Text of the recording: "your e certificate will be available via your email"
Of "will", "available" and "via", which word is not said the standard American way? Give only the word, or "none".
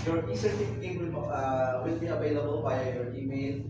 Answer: via